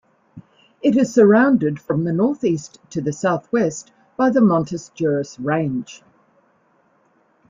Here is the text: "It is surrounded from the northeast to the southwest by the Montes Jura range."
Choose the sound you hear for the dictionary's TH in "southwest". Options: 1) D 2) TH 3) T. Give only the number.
2